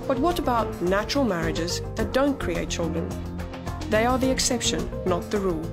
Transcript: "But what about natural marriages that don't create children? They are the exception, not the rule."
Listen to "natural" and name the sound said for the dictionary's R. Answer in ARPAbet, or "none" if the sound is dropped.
R